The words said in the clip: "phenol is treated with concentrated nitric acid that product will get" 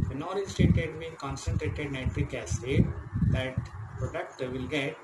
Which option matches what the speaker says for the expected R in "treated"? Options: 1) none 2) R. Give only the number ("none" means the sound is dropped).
1